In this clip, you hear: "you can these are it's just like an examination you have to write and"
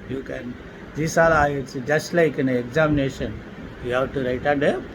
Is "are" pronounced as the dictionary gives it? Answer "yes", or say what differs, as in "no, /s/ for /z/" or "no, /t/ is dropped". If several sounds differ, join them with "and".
no, /l/ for /ɹ/